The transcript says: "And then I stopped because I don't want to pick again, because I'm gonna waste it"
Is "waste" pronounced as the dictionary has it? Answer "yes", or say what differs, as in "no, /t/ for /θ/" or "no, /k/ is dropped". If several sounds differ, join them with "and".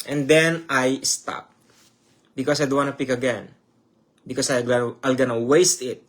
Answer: yes